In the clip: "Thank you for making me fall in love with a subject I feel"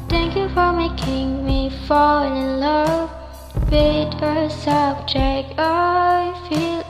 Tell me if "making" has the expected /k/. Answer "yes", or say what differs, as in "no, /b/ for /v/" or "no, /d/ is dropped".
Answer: yes